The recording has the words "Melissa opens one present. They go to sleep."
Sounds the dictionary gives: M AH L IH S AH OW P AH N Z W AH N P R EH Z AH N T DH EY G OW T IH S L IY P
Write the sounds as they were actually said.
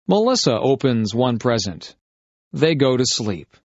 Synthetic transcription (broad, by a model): M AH L IH S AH OW P AH N Z W AH N P R EH Z AH N T DH EY G OW T IH S L IY P